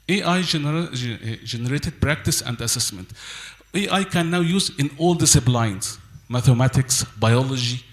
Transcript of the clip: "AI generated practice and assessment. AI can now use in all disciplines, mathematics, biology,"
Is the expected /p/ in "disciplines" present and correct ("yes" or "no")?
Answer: no